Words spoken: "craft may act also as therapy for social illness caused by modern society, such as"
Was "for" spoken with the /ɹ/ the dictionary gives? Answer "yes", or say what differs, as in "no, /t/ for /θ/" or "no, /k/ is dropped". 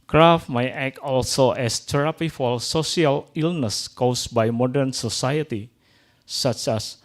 no, /l/ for /ɹ/